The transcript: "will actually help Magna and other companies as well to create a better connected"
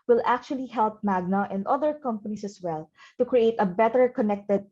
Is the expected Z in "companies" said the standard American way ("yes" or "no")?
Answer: no